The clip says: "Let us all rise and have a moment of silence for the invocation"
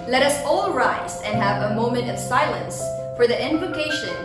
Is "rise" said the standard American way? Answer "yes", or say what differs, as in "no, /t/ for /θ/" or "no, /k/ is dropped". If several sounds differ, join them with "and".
yes